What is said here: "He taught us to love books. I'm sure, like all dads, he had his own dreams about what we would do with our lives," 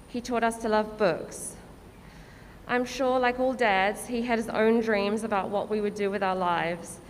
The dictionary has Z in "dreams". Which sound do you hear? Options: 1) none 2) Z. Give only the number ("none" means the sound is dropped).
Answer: 2